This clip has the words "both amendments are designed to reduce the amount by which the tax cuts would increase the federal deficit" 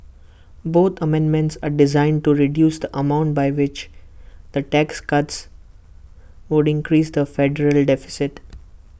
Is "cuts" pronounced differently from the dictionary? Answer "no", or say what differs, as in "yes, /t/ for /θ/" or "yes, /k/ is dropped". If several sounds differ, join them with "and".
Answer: no